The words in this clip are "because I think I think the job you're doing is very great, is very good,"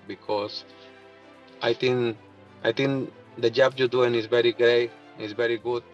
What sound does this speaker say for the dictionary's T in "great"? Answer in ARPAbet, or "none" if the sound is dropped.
none